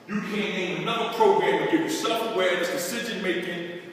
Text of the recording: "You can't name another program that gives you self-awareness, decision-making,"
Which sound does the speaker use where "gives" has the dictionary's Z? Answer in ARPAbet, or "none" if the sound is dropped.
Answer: none